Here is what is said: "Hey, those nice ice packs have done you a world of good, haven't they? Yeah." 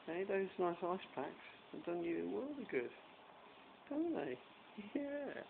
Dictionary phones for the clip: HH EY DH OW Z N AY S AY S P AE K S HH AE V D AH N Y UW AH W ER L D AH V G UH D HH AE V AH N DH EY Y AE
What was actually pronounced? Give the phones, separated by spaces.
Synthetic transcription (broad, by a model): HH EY DH OW Z N AY S AY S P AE K S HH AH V D AH N Y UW AH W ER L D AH G UH D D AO AH N DH EY Y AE